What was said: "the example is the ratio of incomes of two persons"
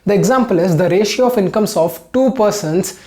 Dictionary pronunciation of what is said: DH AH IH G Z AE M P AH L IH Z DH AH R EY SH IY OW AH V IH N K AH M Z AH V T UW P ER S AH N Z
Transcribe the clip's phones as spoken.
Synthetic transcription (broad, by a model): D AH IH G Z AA M P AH L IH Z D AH R EY SH IY OW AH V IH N K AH M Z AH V T UW P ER S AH N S